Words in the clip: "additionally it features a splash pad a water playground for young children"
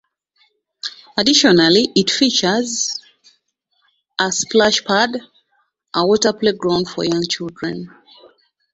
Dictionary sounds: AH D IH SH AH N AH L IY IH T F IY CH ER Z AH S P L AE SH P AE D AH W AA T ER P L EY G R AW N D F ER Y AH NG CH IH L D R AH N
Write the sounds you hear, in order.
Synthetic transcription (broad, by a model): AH D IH SH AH N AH L IY IH T F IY CH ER Z AH S P L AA SH P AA D AH W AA T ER P L EY G R AW N D F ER Y AH NG CH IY L D R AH N